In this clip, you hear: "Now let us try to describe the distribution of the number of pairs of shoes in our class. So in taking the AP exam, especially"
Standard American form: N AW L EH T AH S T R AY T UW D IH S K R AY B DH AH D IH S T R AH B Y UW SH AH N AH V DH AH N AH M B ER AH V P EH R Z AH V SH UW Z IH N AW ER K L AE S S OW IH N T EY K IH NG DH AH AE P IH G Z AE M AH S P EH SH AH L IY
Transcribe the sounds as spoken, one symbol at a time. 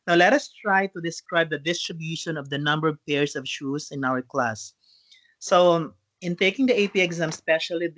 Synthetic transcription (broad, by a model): N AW L EH T AH S T R AY T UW D IH S K R AY B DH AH D IH S T R AH B Y UW SH AH N AH V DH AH N AH M B ER AH V P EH R S AH V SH UW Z IH N AW ER K L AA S S OW IH N T EY K IH NG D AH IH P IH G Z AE M S P EH SH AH L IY